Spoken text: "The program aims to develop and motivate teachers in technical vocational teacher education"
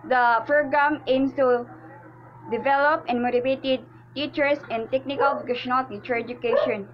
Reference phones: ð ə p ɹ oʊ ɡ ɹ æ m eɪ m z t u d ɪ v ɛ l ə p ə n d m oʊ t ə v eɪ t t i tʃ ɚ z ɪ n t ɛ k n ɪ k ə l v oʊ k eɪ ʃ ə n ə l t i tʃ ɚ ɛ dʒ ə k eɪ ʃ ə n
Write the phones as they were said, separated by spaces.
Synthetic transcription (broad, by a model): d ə f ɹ ɡ ɑ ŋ eɪ m s t u d ɪ v ɛ l ə p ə n m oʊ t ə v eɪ t t i tʃ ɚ s ɪ n t ɛ k n ɪ k ə l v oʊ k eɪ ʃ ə n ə l t i tʃ ɚ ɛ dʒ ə k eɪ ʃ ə n